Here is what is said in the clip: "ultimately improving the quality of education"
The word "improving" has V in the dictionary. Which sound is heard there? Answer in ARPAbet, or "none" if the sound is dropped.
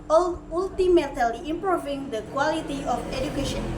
V